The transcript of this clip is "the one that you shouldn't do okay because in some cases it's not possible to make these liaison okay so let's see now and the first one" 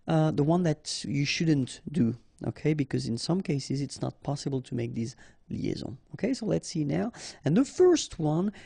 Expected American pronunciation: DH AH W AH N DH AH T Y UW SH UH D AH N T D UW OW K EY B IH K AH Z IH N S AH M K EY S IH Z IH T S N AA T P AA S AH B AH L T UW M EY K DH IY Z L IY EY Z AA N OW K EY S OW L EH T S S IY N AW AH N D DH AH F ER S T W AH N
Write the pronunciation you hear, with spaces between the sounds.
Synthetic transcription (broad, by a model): DH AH W AH N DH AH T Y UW SH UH D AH N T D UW OW K EY B IH K AH Z IH N S AH M K EY S IH Z IH T S N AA T P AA S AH B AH L T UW M EY K DH IY Z L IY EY Z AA OW K EY S OW L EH T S S IY N AW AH N DH AH F ER S T W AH N